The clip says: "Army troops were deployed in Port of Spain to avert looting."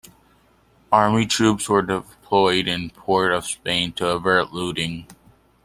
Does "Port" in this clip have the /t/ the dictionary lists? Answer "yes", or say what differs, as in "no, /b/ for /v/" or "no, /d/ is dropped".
yes